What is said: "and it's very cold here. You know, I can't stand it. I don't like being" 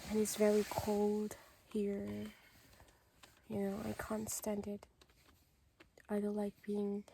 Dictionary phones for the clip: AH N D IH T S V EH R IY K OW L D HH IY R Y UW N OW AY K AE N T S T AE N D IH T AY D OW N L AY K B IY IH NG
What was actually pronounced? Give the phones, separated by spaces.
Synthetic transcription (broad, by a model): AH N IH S V EH R IY K OW L D HH IY R Y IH N OW AY K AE N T S T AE N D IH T AY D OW L L AY K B IY IH NG